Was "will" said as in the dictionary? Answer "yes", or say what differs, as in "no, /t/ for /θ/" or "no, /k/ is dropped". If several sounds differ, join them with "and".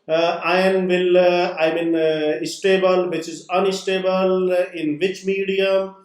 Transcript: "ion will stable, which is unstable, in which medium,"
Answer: no, /n/ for /l/